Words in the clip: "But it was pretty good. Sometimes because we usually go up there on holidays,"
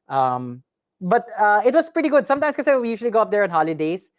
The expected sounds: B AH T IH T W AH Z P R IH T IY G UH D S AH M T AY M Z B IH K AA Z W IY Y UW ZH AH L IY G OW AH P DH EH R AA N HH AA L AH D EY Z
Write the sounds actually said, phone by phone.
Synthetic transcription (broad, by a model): B AH T IH T W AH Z P R IH T IY G UH D S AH M T AY M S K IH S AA W IY Y UW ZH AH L IY G OW AH P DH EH R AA N HH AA L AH D EY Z